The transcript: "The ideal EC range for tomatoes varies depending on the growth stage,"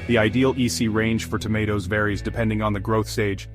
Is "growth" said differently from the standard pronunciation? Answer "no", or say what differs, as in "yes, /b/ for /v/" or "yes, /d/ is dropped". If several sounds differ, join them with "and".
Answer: no